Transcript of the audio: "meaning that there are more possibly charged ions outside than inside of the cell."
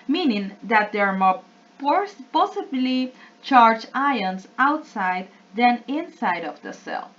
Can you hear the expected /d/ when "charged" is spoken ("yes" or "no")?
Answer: no